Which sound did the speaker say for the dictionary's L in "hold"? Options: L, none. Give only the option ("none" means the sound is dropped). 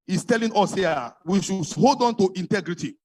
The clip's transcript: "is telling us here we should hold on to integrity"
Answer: L